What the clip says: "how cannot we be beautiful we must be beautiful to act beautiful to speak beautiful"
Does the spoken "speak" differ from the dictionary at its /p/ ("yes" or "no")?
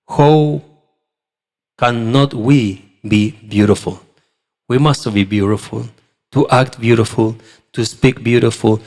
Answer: no